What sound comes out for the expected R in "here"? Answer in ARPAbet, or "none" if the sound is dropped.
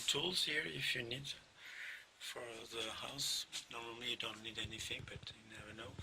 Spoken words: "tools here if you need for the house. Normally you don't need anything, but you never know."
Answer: R